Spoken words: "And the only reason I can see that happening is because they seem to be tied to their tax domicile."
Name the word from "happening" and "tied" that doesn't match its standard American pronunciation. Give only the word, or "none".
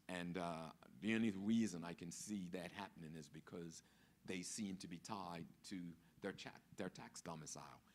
none